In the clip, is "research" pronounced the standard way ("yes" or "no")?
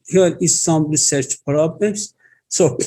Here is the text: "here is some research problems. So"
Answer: yes